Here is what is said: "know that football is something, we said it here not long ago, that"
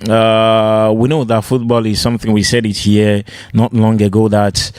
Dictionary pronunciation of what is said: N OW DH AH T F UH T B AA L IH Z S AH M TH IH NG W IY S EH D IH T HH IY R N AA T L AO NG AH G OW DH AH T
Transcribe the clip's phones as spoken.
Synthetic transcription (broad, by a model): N OW DH AH T F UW T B AA L IH Z S AH M TH IH NG W IY S EH D IH T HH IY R N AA T L AO NG AH G OW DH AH T